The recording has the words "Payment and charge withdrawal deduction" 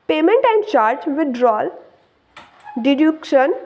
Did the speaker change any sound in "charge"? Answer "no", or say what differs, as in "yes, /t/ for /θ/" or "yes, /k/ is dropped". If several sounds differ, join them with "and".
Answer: no